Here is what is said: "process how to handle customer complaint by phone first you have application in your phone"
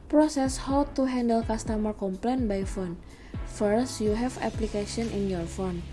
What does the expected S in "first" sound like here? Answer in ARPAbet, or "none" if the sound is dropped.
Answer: S